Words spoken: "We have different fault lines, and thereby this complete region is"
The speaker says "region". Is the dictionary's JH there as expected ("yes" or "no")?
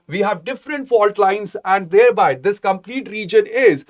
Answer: yes